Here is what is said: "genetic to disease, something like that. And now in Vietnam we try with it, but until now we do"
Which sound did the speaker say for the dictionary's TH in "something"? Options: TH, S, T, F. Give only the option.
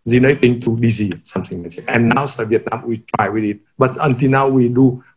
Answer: S